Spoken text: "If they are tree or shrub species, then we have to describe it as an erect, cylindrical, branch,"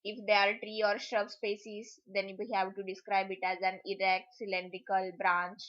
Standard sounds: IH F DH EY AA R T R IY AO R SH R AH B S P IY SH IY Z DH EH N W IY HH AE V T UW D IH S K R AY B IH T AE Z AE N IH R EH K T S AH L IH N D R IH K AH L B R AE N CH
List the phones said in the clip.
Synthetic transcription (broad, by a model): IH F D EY AA R T R IY AO R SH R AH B S P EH S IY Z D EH N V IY HH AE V T UW D IH S K R AY B IH T AE Z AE N IH R EH K T S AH L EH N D R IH K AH L B R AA N CH